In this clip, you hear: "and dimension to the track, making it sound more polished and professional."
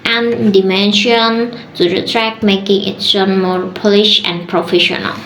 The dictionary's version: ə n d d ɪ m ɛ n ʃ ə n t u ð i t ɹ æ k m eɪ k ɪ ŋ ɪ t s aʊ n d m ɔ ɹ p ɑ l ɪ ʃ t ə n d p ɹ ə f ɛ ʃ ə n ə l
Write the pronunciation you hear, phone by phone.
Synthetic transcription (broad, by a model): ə n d d ɪ m ɛ n ʃ ə n t u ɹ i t ɹ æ k m eɪ k ɪ ŋ ɪ t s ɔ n m ɔ ɹ p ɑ l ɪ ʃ ə n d p ɹ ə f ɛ ʃ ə n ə l